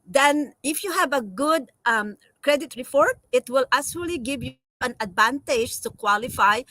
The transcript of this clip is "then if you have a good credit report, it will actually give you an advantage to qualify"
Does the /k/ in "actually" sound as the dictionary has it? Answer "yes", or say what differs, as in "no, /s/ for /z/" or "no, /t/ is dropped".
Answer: no, /k/ is dropped